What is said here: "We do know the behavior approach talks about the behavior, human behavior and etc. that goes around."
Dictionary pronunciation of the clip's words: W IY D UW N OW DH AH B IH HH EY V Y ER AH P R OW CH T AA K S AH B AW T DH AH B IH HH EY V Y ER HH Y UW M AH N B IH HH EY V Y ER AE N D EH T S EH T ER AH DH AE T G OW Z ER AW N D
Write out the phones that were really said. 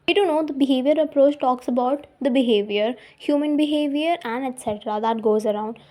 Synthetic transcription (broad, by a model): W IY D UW N OW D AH B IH HH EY V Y ER AH P R OW CH T AA K S AH B AW T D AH B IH HH EY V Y ER HH Y UW M AH N B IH HH EY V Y ER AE N D EH T S EH T ER AH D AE T G OW Z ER AW N D